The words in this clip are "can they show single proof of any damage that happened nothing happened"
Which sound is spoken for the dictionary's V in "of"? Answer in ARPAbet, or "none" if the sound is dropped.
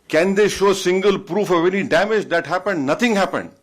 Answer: V